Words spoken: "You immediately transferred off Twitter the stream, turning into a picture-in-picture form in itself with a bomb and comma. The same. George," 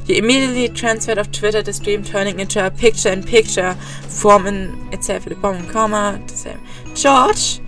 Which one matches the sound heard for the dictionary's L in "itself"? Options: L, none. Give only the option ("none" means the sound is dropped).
none